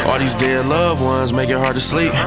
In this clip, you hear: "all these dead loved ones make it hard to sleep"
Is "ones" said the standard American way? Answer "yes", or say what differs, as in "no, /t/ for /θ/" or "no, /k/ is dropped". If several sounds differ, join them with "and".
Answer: yes